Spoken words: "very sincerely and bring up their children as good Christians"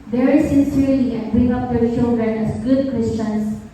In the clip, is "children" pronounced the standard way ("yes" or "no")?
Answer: no